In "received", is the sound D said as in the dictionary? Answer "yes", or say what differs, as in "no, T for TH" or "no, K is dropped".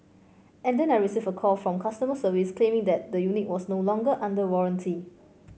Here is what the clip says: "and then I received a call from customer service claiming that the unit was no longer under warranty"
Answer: no, D is dropped